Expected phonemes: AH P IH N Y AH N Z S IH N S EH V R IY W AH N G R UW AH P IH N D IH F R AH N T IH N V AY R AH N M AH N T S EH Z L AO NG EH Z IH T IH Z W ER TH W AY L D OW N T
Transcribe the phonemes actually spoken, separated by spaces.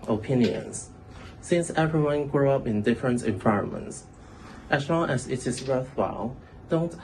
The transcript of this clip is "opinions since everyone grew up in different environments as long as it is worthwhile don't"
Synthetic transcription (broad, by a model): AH P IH N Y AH N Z S IH N S EH V R IY W AH N G R UW AH P IH N D IH F R AH N T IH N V AY R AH N M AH N T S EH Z L AO NG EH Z IH T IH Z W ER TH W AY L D OW N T